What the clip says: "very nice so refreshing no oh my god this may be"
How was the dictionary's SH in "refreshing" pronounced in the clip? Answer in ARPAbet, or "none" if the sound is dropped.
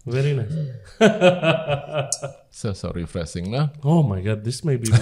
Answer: S